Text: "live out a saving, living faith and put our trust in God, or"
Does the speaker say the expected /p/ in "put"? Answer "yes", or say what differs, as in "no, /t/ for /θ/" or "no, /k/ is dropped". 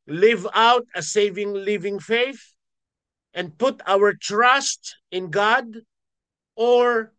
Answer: yes